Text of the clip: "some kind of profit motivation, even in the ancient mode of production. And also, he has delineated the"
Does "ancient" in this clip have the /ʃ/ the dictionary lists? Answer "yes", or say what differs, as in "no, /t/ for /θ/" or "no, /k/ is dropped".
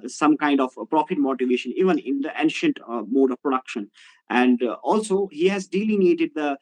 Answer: yes